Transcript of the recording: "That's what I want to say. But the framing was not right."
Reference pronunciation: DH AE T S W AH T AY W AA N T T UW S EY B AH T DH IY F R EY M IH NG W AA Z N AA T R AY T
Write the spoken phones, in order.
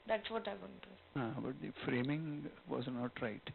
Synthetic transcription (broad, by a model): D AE T S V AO T AY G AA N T T UW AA B AH T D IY F R EY M IH NG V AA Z N AA T R AY T